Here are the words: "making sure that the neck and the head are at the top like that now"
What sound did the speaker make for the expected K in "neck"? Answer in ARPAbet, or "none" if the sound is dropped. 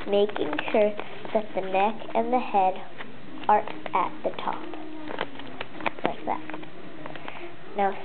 K